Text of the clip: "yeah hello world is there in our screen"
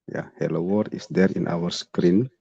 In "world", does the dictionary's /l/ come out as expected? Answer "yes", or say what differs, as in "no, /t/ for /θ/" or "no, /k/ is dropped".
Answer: no, /l/ is dropped